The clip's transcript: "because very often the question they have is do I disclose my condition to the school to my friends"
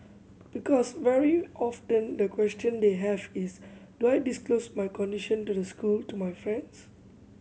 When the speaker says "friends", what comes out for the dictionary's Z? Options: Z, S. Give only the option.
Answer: S